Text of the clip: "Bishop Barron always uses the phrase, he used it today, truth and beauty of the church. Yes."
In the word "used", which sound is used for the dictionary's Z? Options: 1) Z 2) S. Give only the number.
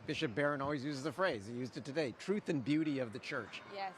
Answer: 1